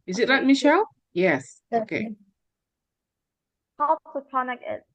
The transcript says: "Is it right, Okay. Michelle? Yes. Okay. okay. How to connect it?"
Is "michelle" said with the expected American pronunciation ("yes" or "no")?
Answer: yes